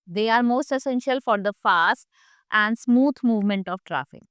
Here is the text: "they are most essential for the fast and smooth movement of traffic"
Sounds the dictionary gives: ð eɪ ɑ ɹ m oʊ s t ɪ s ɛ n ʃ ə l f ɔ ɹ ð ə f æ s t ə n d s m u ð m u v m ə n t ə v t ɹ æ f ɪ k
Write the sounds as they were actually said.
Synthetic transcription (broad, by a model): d eɪ ɑ ɹ m oʊ s t ɪ s ɛ n ʃ ə l f ɔ ɹ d ə f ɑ s t ə n d s m u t m u v m ə n t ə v t ɹ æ f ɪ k